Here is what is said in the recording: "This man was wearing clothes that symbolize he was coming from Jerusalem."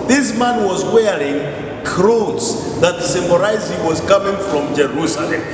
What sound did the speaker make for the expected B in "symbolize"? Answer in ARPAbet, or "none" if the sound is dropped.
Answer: none